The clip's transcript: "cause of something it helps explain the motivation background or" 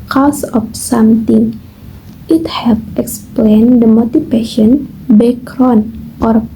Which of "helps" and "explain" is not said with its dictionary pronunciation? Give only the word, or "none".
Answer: helps